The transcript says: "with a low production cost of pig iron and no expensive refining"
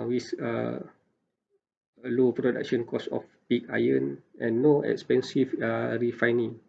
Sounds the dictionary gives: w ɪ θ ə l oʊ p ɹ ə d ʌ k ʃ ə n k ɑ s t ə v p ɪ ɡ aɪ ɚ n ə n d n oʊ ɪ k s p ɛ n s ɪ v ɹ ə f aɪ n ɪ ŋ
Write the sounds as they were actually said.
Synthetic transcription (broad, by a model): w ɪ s ə l oʊ p ɹ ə d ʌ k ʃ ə n k ɑ s ə f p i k aɪ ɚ n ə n n oʊ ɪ k s p ɛ n s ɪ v ɹ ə f aɪ n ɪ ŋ